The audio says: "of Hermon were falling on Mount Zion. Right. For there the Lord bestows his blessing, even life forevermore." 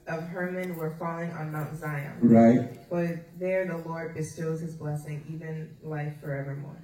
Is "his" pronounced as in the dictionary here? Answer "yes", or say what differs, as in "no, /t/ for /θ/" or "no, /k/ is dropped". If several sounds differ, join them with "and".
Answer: yes